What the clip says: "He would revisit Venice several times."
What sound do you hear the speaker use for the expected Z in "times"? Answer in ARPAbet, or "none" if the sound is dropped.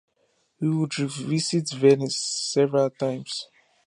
S